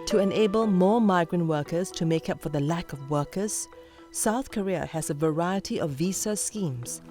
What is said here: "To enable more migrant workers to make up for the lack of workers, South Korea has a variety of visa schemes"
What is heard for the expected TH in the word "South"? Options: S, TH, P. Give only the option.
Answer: TH